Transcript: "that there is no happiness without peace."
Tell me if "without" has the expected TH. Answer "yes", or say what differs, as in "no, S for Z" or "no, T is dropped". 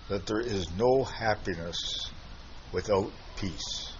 yes